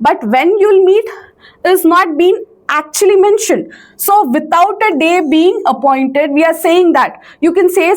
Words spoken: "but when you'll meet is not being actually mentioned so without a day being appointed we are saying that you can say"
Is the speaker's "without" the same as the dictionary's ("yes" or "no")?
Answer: no